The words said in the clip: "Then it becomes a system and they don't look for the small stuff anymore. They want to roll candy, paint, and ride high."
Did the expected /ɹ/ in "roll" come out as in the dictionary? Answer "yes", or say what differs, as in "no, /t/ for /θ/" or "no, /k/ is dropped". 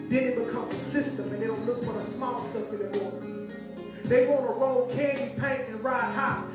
yes